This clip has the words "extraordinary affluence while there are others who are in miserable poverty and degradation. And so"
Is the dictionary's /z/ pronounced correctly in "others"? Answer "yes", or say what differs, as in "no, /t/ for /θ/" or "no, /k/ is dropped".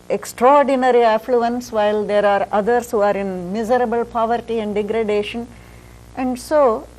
no, /s/ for /z/